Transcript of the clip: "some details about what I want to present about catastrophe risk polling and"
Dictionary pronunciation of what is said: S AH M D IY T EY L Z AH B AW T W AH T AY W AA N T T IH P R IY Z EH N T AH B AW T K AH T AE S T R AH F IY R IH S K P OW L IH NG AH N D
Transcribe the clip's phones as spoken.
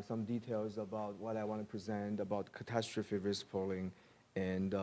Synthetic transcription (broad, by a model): S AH M D IY T EY L Z AH B AW T W AH T AY W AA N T T IH P R IY Z EH N T AH B AW T K AH T AE S T R AH F IY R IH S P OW L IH NG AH N